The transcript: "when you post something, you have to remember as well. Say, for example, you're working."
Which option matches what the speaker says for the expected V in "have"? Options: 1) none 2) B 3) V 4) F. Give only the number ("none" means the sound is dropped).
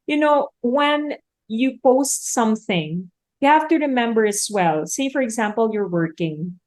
4